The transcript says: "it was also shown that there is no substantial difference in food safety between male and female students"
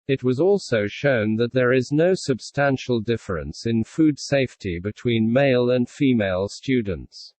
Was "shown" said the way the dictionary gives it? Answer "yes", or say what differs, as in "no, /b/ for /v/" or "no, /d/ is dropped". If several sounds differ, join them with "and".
yes